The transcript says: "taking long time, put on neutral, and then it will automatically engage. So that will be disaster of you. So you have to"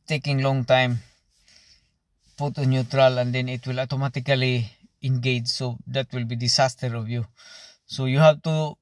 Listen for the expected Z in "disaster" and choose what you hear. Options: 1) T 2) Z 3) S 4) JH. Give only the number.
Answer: 3